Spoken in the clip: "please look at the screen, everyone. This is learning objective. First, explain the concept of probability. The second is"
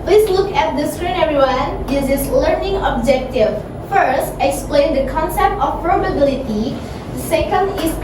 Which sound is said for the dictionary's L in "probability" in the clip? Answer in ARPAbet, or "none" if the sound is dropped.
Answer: L